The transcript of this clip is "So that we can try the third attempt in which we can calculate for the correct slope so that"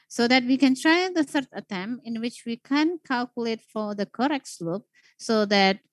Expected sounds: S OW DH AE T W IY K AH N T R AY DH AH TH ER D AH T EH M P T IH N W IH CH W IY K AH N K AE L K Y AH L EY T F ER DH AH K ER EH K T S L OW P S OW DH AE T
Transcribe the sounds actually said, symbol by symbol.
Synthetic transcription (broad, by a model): S OW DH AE T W IY K AH N T R AY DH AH S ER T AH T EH M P IH N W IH CH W IY K AH N K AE L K Y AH L EY T F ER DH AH K ER EH K T S L OW P S OW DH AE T